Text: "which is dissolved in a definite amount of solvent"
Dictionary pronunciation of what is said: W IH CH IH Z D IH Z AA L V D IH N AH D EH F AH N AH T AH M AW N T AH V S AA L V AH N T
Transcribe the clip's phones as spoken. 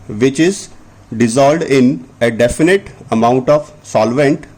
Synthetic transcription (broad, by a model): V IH CH IH Z D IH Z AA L D IH N AH D EH F AH N AH T AH M AW N T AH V S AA L V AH N T